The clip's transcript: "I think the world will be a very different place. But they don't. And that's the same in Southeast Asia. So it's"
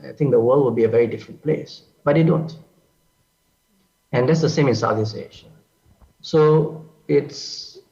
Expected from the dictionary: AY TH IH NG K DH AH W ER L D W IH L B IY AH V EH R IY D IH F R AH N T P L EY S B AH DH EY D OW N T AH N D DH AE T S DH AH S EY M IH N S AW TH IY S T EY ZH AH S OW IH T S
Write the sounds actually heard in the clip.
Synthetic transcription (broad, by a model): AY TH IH NG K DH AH W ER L D W IH L B IY AH V EH R IY D IH F R AH N T P L EY S B AH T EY D OW N T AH N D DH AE T S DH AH S EY M IH N S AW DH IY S EY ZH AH S OW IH T S